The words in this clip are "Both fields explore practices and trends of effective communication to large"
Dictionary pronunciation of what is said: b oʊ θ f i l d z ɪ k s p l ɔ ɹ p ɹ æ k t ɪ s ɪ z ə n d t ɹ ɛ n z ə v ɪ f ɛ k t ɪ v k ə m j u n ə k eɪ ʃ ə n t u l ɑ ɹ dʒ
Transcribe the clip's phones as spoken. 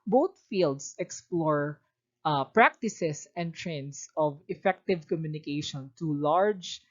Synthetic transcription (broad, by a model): b oʊ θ f i l d s ɪ k s p l ɔ ɹ p ɹ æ k t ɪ s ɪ s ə n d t ɹ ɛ n s ə v ɪ f ɛ k t ɪ v k ə m j u n ə k eɪ ʃ ə n t u l ɑ ɹ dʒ